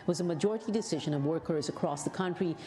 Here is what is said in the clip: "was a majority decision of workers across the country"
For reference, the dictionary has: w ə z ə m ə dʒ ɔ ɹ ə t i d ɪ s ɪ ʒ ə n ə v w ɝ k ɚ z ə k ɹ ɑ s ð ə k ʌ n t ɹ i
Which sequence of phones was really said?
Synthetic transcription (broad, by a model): w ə z ə m ə dʒ ɔ ɹ ə t i d ɪ s ɪ ʒ ə n ə v w ɝ k ɚ z ə k ɹ ɑ s ð ə k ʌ n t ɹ i